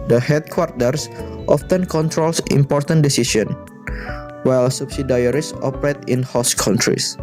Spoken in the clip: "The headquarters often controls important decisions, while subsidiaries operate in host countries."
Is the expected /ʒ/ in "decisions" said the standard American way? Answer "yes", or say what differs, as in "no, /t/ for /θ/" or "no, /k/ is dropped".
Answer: no, /s/ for /ʒ/